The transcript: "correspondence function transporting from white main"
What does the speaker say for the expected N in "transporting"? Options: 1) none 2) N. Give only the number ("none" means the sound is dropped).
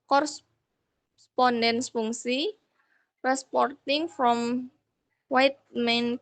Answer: 1